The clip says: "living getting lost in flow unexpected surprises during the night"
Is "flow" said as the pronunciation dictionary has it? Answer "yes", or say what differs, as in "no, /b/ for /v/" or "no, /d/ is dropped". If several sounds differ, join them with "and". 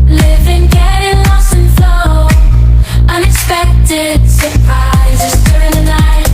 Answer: yes